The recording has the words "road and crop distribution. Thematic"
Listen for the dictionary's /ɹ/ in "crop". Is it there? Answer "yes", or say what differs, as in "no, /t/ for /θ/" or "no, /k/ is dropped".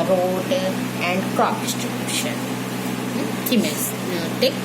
no, /ɹ/ is dropped